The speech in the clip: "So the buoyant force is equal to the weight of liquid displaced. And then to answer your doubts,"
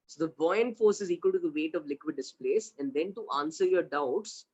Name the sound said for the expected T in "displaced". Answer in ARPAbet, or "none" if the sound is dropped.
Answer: none